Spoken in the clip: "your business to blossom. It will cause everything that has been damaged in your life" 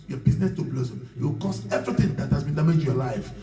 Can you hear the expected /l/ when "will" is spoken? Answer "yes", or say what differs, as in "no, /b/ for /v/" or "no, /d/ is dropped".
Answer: no, /w/ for /l/